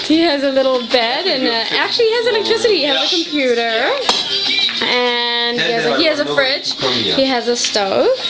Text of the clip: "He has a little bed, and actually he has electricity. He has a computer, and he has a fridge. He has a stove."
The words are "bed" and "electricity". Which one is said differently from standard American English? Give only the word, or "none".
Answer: electricity